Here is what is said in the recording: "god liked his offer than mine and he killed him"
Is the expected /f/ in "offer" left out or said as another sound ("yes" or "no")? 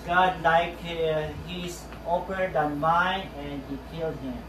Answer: yes